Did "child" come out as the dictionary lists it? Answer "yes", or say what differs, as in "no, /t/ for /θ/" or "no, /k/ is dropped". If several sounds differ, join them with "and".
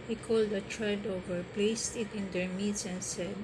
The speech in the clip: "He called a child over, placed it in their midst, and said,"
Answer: no, /l/ is dropped